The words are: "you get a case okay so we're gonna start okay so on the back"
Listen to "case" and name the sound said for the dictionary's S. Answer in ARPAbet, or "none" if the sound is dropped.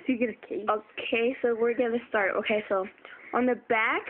none